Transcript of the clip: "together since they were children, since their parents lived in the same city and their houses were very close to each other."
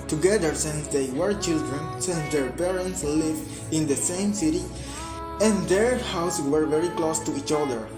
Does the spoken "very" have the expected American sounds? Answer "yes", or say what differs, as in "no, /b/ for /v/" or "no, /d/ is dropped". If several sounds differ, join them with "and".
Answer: yes